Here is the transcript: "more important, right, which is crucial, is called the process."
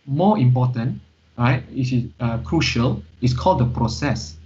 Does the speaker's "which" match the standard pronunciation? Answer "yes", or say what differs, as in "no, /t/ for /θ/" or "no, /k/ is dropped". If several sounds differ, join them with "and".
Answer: no, /s/ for /tʃ/